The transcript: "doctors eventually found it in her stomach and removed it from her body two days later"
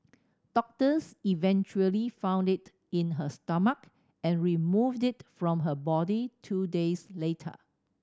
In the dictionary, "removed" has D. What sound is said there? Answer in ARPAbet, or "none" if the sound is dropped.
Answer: D